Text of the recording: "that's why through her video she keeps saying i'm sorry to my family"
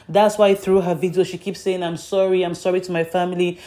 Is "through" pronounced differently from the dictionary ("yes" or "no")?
no